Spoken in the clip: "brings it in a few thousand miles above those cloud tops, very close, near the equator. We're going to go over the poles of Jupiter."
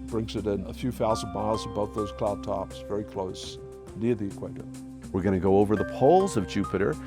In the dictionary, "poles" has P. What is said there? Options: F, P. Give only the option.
P